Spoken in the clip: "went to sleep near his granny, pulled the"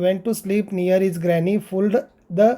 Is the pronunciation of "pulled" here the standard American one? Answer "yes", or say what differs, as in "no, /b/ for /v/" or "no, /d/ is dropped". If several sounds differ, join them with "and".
no, /f/ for /p/